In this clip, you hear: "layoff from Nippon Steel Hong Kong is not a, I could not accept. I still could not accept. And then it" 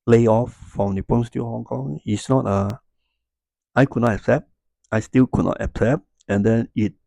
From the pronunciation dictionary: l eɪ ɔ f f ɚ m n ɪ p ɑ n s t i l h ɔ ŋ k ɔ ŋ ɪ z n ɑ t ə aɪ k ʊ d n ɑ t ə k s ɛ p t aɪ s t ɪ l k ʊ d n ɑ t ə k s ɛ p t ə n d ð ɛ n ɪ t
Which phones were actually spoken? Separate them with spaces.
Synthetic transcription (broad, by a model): l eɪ ɔ f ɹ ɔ m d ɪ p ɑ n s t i h ɔ ŋ k ɔ ŋ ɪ s n ɑ t ə aɪ k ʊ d n ɑ t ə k s ɛ p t aɪ s t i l k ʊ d n ɑ t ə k s ɛ p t ə n d ɛ n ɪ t